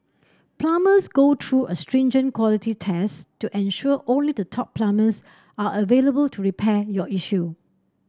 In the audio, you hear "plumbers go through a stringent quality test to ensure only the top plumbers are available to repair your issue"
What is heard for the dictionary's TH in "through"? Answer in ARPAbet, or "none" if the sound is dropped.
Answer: T